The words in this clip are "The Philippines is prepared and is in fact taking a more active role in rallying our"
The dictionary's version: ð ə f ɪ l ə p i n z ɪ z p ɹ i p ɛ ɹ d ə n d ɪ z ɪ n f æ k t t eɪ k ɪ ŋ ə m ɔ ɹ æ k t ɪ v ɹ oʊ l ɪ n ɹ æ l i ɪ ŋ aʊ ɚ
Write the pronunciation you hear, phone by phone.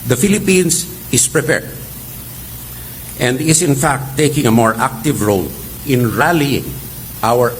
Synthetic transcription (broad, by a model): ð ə f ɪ l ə p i n s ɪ s p ɹ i p ɛ ɹ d ə n d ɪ s ɪ n f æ k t t eɪ k ɪ ŋ ə m ɔ ɹ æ k t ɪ v ɹ oʊ l ɪ n ɹ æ l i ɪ ŋ aʊ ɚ